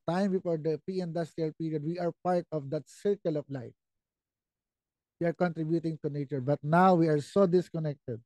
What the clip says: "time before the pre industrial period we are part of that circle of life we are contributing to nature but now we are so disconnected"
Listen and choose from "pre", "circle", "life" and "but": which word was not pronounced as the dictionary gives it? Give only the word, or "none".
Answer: pre